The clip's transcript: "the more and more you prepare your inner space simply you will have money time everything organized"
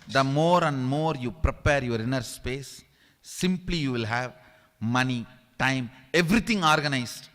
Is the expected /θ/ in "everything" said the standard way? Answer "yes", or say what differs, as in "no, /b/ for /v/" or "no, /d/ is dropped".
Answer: no, /t/ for /θ/